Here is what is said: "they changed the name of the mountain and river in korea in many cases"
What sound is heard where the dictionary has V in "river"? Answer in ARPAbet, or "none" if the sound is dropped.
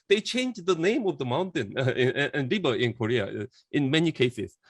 B